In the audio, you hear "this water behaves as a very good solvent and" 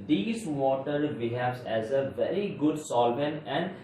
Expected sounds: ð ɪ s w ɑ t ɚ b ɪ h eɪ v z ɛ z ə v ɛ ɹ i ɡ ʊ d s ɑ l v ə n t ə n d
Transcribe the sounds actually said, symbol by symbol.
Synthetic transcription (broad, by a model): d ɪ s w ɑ t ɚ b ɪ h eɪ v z ɛ z ə v ɛ ɹ i ɡ ʊ d s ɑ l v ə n ə n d